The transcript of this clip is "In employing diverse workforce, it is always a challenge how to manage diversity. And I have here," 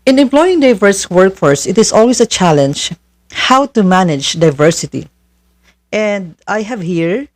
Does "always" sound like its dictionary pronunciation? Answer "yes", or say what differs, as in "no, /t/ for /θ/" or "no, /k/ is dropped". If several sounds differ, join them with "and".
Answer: no, /s/ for /z/